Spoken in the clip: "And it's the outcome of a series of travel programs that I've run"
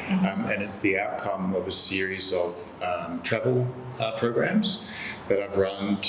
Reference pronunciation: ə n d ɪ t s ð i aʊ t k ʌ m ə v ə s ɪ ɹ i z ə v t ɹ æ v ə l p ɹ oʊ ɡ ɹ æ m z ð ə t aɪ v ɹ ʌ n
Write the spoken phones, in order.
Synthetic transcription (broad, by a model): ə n ɪ t s ð i aʊ t k ʌ m ə v ə s ɪ ɹ i z ə v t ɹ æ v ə l p ɹ oʊ ɡ ɹ æ m z ð ə t aɪ v ɹ ʌ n